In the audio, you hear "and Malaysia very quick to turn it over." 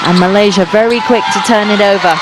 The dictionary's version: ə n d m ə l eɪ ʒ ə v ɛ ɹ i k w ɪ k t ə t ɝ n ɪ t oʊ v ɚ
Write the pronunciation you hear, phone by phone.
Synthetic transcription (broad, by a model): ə n m ə l eɪ ʒ ə v ɛ ɹ i k w ɪ k t ə t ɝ n ɪ t oʊ v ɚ